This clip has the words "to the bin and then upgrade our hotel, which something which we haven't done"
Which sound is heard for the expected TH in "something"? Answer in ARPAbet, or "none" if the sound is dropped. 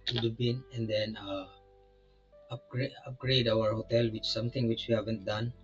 T